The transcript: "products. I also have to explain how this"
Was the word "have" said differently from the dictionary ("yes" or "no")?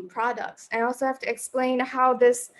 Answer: yes